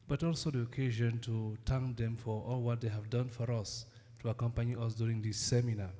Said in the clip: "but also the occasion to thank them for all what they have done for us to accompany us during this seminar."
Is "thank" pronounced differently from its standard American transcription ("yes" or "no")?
yes